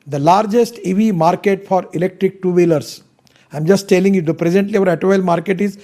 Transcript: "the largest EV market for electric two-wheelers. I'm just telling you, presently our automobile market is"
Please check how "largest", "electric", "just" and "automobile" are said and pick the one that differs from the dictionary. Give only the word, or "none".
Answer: automobile